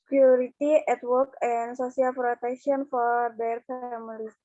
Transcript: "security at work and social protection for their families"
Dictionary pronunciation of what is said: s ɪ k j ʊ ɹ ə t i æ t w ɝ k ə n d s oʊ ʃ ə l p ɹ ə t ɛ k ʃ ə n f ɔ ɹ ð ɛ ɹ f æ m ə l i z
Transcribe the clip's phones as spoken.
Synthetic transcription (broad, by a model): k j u ɹ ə t i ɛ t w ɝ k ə n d s oʊ s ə l p ɹ ə t ɛ k ʃ ə n f ɔ ɹ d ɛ ɹ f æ m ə l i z